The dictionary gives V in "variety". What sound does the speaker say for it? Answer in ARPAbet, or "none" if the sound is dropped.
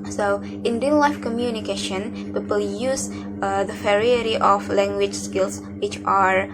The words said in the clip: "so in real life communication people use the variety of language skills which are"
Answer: F